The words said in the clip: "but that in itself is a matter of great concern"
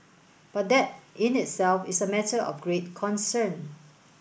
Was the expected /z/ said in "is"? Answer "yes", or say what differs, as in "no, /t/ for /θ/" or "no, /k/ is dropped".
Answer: no, /s/ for /z/